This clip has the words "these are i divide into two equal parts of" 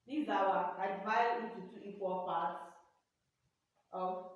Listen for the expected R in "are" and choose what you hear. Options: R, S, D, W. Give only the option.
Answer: W